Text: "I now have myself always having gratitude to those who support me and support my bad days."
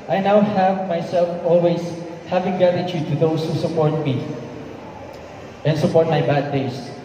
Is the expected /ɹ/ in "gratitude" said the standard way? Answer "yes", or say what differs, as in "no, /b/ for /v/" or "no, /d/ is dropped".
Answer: no, /ɹ/ is dropped